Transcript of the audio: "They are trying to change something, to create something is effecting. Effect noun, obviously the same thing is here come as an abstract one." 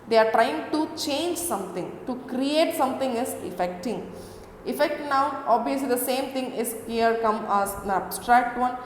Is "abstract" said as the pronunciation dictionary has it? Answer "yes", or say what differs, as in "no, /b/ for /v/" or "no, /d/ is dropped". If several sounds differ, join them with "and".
yes